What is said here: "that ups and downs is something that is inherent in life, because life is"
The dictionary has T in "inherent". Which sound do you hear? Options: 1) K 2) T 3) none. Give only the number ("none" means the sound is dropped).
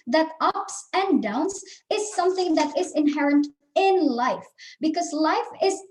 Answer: 2